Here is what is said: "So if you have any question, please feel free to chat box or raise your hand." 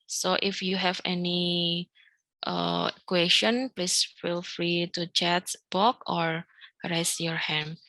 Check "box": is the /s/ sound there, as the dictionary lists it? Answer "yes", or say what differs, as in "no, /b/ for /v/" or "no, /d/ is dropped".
no, /s/ is dropped